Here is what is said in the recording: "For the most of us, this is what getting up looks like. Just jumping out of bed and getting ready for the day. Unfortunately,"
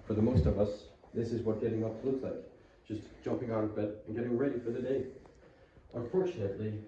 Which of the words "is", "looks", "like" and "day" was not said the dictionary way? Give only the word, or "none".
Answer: none